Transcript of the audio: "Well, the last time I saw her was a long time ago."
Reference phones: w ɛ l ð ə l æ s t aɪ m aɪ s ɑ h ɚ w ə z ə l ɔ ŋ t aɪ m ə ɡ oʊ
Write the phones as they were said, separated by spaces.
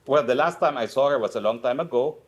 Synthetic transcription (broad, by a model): w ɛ l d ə l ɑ s t aɪ m aɪ s ɑ h ɚ w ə s ə l ɔ ŋ t aɪ m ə ɡ oʊ